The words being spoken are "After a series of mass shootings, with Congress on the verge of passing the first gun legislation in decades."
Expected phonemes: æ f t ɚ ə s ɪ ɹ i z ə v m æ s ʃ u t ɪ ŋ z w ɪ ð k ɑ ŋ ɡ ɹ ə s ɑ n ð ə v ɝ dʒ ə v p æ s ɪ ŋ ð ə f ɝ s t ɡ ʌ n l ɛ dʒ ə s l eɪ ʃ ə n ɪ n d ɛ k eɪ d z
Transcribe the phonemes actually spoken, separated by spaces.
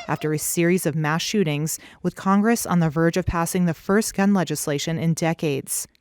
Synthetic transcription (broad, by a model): æ f t ɚ ə s ɪ ɹ i z ə v m æ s ʃ u t ɪ ŋ z w ɪ ð k ɑ ŋ ɡ ɹ ə s n ð ə v ɝ dʒ ə v p æ s ɪ ŋ ð ə f ɝ s t ɡ ʌ n l ɛ dʒ ə s l eɪ ʃ ə n ɪ n d ɛ k eɪ d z